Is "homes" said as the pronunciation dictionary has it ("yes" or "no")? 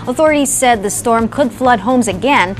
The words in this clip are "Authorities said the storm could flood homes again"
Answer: yes